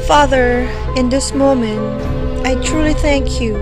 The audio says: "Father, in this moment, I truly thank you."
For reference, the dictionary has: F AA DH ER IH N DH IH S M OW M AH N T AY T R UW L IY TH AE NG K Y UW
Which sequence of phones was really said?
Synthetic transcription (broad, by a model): F AA DH ER IH N DH IH S M OW M AH N T AY T R UW L IY TH AE NG K Y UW